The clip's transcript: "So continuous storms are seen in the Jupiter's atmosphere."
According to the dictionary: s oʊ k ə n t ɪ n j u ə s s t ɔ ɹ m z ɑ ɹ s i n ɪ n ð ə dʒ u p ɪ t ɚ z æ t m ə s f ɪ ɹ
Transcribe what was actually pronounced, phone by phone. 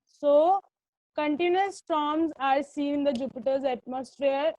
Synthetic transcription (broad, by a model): s oʊ k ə n t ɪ n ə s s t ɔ m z ɑ ɹ s i ɪ n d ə dʒ u p ɪ t ɚ z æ t m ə s f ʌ ɹ